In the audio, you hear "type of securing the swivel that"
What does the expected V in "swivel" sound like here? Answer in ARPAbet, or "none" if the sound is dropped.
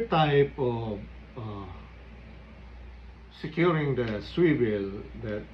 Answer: W